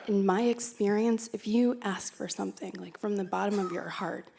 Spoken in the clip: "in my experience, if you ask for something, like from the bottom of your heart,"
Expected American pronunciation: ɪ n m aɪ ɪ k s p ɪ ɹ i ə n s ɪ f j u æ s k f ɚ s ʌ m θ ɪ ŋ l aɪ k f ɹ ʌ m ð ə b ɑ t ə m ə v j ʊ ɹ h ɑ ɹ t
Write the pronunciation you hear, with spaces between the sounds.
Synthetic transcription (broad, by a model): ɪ n m aɪ ɪ k s p ɪ ɹ i ə n s ɪ f j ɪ æ s k f ɚ s ʌ m θ ɪ ŋ l aɪ k f ɹ ʌ m ð ə b ɑ t ə m ə v j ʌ ɹ h ɑ ɹ t